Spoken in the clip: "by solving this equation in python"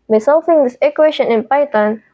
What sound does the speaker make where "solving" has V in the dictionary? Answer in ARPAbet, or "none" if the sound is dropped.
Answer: F